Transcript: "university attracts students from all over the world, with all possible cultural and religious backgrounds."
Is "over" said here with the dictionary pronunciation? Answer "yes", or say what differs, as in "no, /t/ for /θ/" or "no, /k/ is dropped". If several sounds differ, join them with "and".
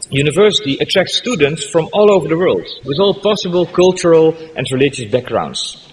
yes